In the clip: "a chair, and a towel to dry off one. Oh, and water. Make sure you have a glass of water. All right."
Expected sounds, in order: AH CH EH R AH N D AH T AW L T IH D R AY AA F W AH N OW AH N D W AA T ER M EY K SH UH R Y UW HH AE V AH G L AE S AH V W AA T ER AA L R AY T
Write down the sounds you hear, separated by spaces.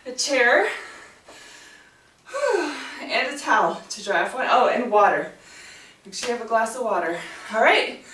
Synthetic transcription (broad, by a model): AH CH EH R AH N AH T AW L T IH D R AY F W AH N OW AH N W AA T ER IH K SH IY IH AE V AH G L AE S AH V W AA T ER AA L R AY T